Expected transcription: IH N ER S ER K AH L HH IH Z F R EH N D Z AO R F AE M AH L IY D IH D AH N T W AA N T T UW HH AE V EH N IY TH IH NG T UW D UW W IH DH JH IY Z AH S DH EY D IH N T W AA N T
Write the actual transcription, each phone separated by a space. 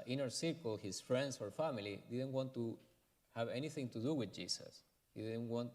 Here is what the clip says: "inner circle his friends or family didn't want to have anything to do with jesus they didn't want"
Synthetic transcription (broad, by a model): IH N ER S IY K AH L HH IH S F R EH N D S AO R F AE M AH L IY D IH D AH N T W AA N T T UW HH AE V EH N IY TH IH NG T UW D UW W IH DH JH IY S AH S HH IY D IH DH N W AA N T